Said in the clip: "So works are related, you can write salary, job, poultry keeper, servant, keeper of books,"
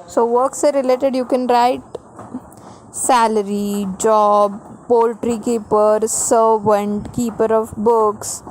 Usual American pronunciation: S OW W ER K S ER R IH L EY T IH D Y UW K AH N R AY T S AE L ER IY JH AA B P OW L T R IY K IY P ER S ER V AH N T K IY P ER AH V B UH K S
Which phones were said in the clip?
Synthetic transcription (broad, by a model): S OW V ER K S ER R IH L EY T IH D Y UW K AH N R AY T S AE L ER IY JH AA B P OW L T R IY K IY P ER S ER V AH N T K IY P ER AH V B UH K S